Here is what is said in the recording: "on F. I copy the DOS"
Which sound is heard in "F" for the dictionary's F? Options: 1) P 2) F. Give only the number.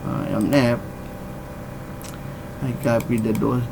1